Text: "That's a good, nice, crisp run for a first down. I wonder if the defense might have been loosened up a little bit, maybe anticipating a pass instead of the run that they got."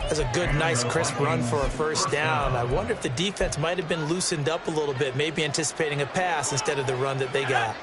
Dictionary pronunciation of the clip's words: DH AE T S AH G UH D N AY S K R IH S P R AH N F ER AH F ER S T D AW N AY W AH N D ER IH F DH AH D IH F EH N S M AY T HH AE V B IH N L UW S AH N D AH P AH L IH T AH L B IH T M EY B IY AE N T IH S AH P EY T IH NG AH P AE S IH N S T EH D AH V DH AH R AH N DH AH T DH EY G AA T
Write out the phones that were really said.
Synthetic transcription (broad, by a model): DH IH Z AH G UH D N AY S K R IH S P R AH N F ER AH F ER S D AW N AY W AH N D ER IH F DH AH D IH F EH N S M AY T HH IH V B IH N L UW S AH N D AH P AH L IH T L B IH T M EY B IY AE N T IH S AH P EY T IH NG AH P AE S IH N S T EH D AH V DH AH R AH N DH AH T DH EY G AA T